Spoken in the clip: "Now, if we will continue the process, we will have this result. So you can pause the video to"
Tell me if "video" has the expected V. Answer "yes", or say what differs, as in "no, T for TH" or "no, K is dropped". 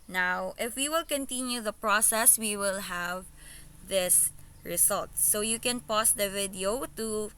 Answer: yes